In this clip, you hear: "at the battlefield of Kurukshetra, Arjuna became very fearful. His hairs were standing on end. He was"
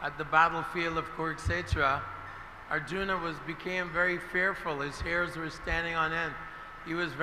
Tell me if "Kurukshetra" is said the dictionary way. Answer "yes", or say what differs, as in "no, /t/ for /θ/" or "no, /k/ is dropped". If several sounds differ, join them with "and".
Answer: no, /s/ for /ʃ/